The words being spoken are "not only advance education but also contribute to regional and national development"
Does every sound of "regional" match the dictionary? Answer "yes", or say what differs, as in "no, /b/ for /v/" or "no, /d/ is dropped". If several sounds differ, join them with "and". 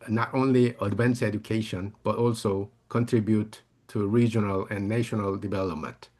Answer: yes